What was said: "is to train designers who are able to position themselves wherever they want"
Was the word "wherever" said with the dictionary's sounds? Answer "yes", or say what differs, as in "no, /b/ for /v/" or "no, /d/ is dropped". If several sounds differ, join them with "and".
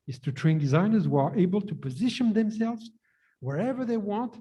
yes